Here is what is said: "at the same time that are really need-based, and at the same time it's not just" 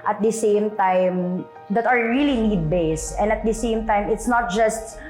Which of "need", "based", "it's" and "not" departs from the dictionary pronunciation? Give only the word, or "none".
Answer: based